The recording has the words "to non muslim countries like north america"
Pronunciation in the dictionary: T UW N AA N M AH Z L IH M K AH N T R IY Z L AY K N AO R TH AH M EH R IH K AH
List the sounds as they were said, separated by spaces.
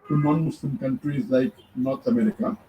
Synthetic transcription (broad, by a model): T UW N AA N M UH S L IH M K AH N T R IY Z L AY K N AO R T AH M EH R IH K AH